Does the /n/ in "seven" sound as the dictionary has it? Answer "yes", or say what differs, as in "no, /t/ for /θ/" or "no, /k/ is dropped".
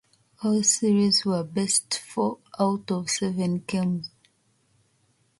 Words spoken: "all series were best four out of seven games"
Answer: yes